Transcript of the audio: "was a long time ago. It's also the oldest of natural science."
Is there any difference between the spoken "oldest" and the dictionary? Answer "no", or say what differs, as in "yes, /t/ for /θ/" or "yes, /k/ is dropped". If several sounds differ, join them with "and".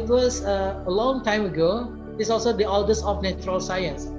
yes, /t/ is dropped